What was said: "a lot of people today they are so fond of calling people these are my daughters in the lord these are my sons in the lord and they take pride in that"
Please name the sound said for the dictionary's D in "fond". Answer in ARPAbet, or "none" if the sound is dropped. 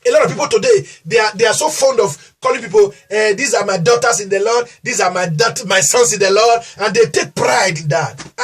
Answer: D